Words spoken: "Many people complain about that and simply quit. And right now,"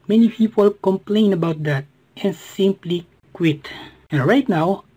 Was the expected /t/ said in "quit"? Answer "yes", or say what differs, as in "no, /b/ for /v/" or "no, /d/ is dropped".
yes